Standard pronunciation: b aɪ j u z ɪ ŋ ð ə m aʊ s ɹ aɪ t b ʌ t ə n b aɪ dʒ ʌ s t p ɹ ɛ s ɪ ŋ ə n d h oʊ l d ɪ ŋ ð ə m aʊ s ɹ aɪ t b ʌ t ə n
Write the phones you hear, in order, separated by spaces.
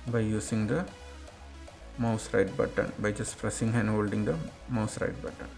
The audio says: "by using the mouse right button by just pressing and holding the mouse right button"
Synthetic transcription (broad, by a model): b aɪ j u s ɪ ŋ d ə m aʊ s ɹ aɪ t b ʌ t ə n b aɪ dʒ ʌ s t f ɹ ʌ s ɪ ŋ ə n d h oʊ l d ɪ ŋ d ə m aʊ s ɹ aɪ t b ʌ t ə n